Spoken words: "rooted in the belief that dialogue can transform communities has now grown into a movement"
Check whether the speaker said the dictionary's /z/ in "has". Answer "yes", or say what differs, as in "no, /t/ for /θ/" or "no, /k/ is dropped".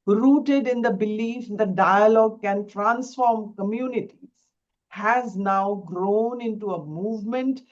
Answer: yes